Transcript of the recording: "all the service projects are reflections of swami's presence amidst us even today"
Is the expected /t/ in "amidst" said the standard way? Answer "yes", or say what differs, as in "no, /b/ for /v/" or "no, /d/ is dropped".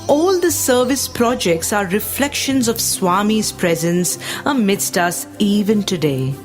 yes